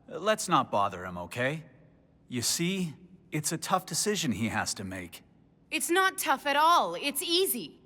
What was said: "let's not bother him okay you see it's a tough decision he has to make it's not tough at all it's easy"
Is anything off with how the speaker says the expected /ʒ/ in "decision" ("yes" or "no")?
no